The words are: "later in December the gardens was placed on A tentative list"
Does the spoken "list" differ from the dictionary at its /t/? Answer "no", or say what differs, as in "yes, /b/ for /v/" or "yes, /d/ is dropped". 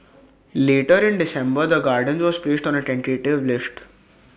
no